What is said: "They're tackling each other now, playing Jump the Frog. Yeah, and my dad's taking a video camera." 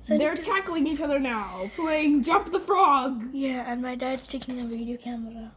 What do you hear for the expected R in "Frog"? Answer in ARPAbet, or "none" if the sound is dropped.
R